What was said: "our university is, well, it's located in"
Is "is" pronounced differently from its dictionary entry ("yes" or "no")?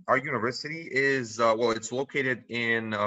no